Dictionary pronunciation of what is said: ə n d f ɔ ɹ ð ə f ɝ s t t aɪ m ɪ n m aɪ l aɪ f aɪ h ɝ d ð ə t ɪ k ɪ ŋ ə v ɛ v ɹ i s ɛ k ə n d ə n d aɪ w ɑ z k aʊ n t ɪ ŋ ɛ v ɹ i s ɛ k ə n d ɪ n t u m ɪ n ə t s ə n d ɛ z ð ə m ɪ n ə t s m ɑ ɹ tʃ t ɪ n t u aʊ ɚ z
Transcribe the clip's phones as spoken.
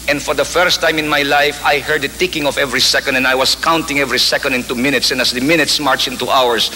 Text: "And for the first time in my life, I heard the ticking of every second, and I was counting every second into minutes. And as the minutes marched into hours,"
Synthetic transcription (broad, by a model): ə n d f ɔ ɹ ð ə f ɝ s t t aɪ m ɪ n m aɪ l aɪ f aɪ h ɝ d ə t ɪ k ɪ ŋ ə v ɛ v ɹ i s ɛ k ə n d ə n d aɪ w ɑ s k aʊ n t ɪ ŋ ɛ v ɹ i s ɛ k ə n d ɪ n t u m ɪ n ə t s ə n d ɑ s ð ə m ɪ n ə t s m ɑ ɹ tʃ ɪ n t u aʊ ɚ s